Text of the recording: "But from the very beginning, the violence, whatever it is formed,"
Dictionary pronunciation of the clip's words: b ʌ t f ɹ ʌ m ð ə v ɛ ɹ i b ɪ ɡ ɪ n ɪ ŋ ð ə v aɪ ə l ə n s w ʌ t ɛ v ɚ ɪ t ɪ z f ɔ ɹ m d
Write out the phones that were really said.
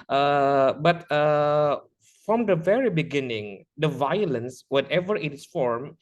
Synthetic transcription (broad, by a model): b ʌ t f ɹ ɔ m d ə v ɛ ɹ i b ɪ ɡ ɪ n ɪ ŋ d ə v aɪ ə l ə n s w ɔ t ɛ v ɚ ɪ t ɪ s f ɔ ɹ m